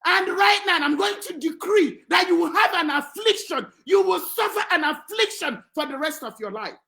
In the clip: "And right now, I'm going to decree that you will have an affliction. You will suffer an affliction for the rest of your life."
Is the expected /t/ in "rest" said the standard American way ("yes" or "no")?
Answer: yes